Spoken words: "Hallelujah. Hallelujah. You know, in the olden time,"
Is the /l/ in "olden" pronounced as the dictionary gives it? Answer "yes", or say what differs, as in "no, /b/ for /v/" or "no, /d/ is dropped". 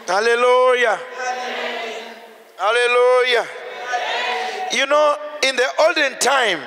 yes